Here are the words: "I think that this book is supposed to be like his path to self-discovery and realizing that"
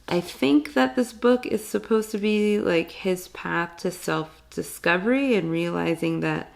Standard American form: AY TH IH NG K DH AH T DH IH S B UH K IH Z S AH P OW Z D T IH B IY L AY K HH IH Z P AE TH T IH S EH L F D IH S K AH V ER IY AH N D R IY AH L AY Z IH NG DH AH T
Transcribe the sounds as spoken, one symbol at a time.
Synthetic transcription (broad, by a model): AY TH IH NG K DH AH T DH IH S B UH K IH Z S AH P OW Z T IH B IY L AY K HH IH Z P AE TH T IH S EH L F D IH S K AH V ER IY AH N R IY AH L AY Z IH NG DH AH T